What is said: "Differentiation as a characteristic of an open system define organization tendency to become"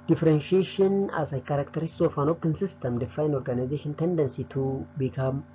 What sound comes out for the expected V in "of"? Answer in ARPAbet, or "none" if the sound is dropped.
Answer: F